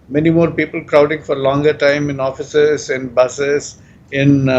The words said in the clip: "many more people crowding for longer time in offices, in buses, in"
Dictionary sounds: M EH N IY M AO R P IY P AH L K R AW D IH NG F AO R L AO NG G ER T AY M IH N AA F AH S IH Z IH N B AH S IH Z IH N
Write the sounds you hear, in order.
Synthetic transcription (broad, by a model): M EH N IY M AO R P IY P AH L K R AW D IH NG F AO R L AO NG G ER T AY M IH N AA F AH S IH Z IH N B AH S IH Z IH N